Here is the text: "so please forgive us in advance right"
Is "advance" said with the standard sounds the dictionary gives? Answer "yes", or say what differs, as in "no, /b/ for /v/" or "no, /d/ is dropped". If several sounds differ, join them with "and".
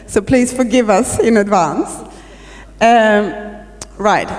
yes